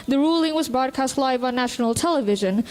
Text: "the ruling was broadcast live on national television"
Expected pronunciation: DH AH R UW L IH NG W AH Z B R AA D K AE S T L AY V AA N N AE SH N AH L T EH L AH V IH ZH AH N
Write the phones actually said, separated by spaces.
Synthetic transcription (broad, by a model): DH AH R UW L IH NG W AH Z B R AA D K AE S T L AY V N N AE SH N AH L T EH L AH V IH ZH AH N